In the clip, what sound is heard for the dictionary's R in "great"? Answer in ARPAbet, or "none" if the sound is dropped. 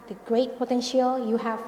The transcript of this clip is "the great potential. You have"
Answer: R